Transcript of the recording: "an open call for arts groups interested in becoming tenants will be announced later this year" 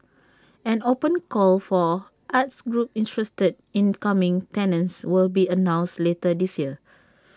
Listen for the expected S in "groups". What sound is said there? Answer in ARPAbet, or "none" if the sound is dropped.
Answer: none